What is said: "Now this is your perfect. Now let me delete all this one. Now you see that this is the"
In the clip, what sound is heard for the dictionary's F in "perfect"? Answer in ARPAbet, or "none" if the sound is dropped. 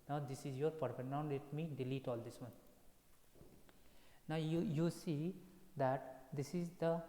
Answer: P